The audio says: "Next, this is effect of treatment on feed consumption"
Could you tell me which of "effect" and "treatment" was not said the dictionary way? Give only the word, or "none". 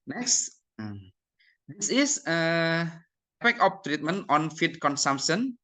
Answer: effect